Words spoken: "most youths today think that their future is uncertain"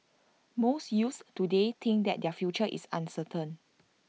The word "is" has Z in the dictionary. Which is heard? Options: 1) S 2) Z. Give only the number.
1